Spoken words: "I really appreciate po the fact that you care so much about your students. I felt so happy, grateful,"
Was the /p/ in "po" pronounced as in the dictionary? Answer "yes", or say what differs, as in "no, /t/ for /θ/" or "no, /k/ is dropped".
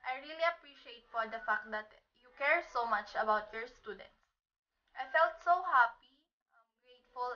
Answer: no, /f/ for /p/